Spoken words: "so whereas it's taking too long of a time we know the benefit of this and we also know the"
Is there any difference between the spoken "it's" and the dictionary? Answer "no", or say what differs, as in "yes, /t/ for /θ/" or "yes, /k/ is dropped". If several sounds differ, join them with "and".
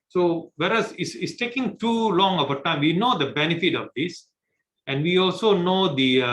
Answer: yes, /s/ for /t/